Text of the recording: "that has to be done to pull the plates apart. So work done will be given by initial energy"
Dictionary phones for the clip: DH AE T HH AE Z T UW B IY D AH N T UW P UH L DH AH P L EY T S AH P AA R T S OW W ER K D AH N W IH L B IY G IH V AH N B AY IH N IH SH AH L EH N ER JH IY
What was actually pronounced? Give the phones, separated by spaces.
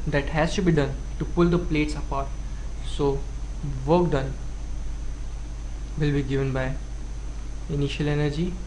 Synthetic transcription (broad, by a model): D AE T HH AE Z T UW B IY D AH N T UW P UH L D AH P L EY T S AH P AA R T S OW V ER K D AH N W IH L B IY G IH V AH N B AY IH N IH SH AH L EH N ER JH IY